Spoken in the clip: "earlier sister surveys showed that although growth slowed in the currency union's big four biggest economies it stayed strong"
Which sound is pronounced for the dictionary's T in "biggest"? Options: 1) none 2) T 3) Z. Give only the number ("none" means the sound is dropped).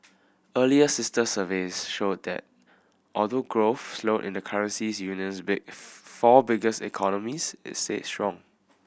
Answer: 1